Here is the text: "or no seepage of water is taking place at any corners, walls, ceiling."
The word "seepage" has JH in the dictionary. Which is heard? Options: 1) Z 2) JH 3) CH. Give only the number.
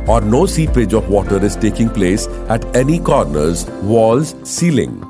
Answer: 2